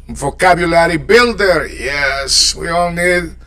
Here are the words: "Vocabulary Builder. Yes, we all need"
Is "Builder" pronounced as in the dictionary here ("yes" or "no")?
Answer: yes